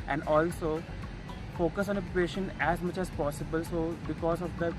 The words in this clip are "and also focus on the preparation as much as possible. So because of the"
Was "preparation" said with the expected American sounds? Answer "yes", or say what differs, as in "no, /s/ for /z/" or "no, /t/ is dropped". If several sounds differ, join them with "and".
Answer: no, /ɹ/ is dropped